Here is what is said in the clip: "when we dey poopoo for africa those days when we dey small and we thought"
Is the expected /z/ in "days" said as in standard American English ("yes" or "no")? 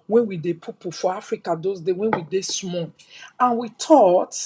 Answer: no